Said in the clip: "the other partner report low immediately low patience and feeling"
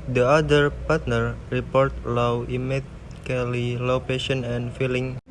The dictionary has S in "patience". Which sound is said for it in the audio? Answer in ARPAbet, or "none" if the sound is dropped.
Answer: none